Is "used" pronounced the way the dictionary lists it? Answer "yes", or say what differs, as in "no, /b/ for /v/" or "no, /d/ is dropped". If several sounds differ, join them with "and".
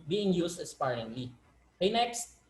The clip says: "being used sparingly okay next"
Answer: no, /s/ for /z/